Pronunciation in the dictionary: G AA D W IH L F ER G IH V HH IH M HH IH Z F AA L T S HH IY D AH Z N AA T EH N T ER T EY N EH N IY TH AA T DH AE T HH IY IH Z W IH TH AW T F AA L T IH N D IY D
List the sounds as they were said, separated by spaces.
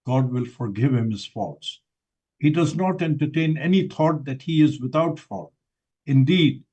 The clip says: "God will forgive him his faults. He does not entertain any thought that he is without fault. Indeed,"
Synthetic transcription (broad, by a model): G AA D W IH L F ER G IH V HH IH M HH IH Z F AA T S HH IY D AH Z N AA T EH N T ER T EY N EH N IY T AA T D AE T HH IY IH Z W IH T AW T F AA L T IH N D IY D